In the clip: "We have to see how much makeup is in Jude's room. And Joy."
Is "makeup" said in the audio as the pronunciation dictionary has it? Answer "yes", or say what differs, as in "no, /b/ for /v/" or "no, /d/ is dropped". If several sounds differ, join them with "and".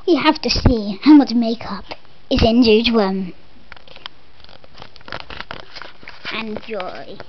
yes